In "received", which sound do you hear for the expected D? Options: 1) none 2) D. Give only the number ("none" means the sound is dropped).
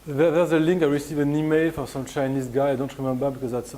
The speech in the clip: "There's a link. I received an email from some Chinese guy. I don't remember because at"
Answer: 1